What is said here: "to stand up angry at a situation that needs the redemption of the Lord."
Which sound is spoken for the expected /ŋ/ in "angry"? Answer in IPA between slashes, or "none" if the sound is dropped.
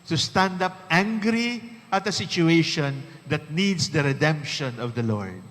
/ŋ/